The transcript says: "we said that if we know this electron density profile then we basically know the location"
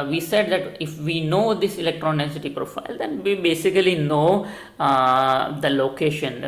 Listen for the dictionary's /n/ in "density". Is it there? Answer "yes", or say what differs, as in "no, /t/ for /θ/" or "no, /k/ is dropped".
no, /n/ is dropped